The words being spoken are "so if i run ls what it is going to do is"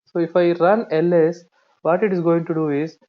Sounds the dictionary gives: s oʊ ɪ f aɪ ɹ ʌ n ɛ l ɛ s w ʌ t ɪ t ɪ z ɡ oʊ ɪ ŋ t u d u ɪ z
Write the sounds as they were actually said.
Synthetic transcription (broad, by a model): s oʊ ɪ f aɪ ɹ ʌ n ɛ l ɛ s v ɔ t ɪ t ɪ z ɡ oʊ ɪ ŋ t u d u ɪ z